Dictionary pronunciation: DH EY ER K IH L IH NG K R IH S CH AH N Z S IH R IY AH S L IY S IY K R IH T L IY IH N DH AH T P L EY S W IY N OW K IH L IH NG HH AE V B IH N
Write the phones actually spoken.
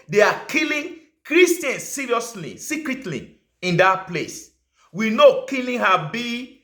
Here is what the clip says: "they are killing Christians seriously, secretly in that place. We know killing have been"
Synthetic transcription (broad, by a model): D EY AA K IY L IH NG K R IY S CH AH N S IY R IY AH S L IY S IY K R IH T L IY IH N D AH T P L EY S W IY N OW K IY L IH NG HH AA B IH